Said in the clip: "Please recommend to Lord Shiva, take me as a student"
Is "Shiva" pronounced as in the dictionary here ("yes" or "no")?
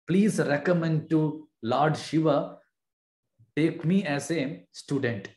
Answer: yes